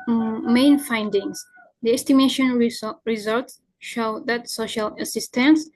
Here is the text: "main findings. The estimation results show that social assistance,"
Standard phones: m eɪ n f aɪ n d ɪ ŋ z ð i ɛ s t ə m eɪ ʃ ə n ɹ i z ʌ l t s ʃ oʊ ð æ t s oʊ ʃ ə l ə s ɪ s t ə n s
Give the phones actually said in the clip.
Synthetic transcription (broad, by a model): m eɪ n f aɪ n d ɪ ŋ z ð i ɛ s t ə m eɪ ʃ ə n ɹ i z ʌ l t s ʃ oʊ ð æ t s oʊ ʃ ə l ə s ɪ s t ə n s